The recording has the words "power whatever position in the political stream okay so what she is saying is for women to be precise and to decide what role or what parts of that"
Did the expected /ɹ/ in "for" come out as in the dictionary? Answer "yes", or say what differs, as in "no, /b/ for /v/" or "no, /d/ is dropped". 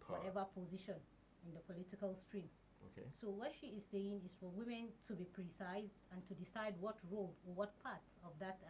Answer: yes